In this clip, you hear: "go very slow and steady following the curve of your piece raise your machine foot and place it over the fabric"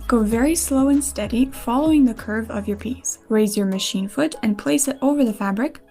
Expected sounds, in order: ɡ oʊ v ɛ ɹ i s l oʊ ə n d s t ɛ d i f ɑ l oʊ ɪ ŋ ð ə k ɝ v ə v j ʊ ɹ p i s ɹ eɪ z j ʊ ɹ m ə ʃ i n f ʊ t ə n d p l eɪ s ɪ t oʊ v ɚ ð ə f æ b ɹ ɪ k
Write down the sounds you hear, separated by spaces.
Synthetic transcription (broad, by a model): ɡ oʊ v ɛ ɹ i s l oʊ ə n s t ɛ d i f ɑ l oʊ ɪ ŋ ð ə k ɝ v ə v j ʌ ɹ p i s ɹ eɪ z j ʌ ɹ m ə ʃ i n f ʊ t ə n p l eɪ s ɪ t oʊ v ɚ ð ə f æ b ɹ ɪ k